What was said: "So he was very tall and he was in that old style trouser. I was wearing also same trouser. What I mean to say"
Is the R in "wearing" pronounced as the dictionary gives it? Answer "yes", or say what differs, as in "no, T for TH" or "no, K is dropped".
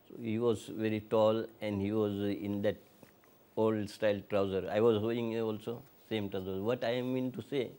no, R is dropped